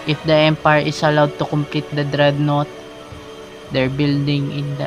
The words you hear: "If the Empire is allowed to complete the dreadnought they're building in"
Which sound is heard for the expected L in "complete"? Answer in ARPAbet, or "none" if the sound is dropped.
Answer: L